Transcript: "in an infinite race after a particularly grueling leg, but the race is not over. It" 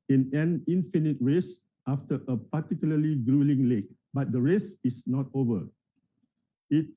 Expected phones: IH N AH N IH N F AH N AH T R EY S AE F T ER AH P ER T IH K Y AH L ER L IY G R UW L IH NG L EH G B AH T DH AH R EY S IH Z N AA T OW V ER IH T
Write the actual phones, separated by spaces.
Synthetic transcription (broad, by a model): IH N AH N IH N F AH N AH T R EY S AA F T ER AH P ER T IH K Y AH L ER L IY G R UW L IH NG L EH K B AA T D AH R EY S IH S N AA T OW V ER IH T